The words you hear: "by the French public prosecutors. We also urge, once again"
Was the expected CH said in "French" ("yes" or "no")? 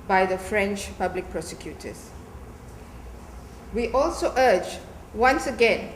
yes